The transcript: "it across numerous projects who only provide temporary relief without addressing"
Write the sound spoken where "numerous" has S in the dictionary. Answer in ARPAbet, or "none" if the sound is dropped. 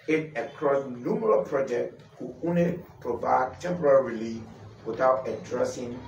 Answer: none